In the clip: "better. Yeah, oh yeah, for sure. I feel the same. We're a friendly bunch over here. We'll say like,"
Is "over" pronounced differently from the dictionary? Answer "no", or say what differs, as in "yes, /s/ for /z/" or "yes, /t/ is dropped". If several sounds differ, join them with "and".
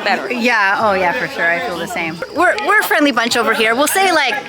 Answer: no